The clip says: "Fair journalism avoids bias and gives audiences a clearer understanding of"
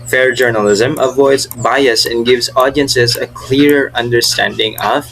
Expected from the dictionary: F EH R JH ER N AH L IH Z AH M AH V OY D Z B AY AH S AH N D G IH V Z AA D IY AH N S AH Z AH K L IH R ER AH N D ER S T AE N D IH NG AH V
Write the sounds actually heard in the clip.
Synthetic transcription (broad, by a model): F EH R JH ER N AH L IH Z AH M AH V OY D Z B AY AH S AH N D G IH V Z AA D IY AH N S AH Z AH K L IH R ER AH N D ER S T AE N D IH NG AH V